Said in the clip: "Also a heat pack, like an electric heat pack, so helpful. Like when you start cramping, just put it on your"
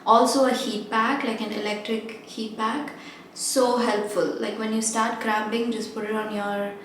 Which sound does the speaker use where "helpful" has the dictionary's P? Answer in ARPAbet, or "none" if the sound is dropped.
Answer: P